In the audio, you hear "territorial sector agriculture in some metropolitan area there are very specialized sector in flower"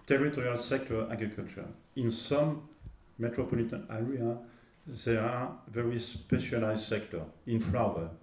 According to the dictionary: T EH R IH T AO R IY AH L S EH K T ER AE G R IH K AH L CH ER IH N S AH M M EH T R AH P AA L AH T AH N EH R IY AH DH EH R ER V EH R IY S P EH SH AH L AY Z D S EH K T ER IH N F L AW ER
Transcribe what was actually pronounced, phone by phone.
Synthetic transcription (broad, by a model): T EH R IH T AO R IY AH L S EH K T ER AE G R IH K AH L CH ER IH N S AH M M EH T R AH P AA L AH T AH N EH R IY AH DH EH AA V EH R IY S P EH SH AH L AY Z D S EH K T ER IH N F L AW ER